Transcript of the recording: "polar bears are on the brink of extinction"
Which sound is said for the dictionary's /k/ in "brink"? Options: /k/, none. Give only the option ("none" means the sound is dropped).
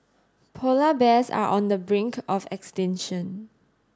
/k/